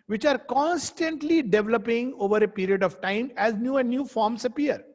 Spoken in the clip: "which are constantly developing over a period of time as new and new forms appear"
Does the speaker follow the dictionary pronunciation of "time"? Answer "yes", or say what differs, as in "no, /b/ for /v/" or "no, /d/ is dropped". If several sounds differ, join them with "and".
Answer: yes